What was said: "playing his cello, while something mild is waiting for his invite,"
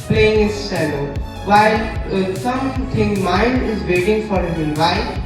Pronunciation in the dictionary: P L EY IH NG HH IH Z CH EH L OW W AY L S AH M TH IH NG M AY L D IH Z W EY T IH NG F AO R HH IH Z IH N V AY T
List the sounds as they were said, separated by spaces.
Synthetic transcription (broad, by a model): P L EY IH NG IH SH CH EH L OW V AY L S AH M T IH NG M AY N D IH Z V EY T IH NG F AO R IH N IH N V AY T